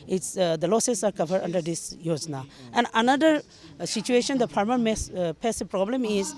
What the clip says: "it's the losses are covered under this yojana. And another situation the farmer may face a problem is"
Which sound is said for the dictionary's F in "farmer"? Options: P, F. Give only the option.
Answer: P